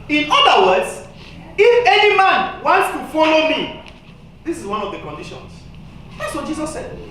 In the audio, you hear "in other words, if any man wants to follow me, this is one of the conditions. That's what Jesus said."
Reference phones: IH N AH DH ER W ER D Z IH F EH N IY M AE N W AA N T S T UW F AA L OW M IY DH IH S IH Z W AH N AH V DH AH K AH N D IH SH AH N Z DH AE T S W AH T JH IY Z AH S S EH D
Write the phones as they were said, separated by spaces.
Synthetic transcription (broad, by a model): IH N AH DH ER W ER D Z IH F EH N IY M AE N W AA N T S T UW F AA L OW M IY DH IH S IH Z W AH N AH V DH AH K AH N D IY SH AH N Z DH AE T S W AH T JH IY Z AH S S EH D